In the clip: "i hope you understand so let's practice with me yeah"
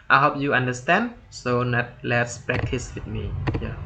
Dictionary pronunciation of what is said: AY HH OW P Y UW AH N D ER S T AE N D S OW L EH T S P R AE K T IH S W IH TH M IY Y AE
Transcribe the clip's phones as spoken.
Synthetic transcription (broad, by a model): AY HH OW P Y UW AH N D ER S T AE N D S OW L EH T S P R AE K T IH S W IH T M IY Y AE